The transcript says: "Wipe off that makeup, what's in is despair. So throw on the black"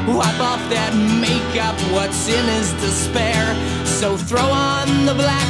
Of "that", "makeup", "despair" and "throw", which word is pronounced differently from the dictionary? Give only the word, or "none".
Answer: none